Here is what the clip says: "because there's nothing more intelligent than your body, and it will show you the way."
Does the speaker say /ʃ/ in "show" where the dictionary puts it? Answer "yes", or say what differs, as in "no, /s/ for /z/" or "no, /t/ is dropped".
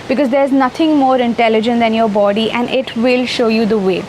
yes